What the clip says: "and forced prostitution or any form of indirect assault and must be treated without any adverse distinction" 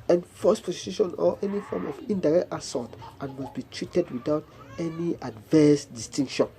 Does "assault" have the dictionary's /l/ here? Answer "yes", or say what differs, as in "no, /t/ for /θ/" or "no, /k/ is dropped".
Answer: no, /l/ is dropped